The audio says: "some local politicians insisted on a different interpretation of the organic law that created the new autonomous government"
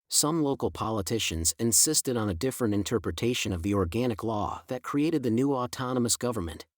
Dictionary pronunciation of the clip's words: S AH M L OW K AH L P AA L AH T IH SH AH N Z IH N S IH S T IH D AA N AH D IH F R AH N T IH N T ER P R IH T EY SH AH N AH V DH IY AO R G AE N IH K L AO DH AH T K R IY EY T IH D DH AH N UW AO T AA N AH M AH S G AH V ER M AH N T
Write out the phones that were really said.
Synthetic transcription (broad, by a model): S AH M L OW K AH L P AA L AH T IH SH AH N Z IH N S IH S T IH D N AH D IH F R AH N T IH N T ER P R IH T EY SH AH N AH V DH IY AO R G AE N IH K L AO DH AH T K R IY EY T IH D DH AH N UW AO T AA N AH M AH S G AH V ER M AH N T